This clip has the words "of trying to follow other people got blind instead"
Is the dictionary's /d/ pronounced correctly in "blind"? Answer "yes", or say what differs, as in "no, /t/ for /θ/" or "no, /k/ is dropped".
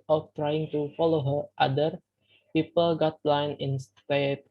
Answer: no, /d/ is dropped